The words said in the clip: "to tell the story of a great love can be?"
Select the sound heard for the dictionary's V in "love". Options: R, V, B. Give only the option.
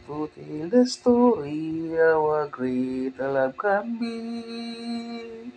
B